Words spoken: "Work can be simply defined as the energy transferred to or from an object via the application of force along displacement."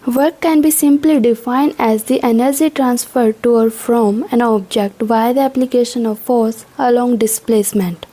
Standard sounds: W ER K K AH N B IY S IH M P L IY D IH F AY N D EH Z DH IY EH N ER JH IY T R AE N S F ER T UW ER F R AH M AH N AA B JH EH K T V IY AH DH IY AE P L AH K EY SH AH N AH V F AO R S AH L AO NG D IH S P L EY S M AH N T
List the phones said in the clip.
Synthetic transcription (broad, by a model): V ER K K AH N B IY S IH M P L IY D IH F AY N D EH Z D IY EH N ER JH IY T R AE N S F ER T UW ER F R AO M AH N AA B JH EH K T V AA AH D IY AE P L AH K EY SH AH N AH V F AO R S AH L AO NG D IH S P L EY S M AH N T